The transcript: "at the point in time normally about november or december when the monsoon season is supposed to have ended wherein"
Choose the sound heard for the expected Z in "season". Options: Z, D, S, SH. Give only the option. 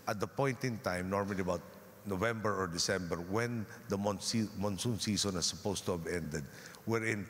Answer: S